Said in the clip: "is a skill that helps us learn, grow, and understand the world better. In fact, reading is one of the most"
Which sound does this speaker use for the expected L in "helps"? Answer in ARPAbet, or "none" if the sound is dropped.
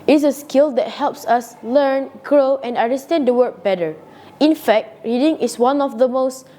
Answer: L